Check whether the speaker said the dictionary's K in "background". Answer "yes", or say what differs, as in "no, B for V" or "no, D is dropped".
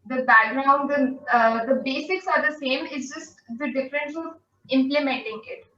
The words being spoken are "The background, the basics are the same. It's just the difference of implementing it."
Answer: no, K is dropped